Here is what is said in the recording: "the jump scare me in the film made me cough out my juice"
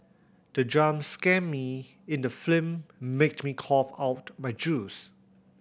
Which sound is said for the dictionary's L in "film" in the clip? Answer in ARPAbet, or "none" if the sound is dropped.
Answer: none